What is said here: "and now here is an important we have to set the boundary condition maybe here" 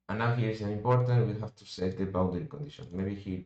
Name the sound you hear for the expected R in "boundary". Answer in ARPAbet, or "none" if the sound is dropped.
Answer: none